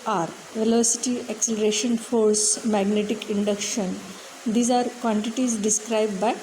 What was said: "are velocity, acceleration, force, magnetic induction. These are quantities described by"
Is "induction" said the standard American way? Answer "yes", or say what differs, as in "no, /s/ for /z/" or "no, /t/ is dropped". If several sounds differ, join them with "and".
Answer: yes